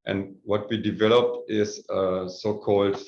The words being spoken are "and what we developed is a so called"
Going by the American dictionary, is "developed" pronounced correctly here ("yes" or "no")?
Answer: yes